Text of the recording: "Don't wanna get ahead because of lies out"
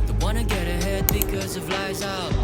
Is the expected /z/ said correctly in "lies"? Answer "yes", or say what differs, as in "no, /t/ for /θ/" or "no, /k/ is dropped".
yes